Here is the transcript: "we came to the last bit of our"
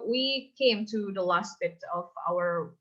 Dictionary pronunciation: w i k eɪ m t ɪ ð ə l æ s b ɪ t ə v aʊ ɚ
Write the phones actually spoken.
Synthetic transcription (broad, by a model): w i k eɪ m t ɪ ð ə l æ s b ɪ t ə v aʊ ɚ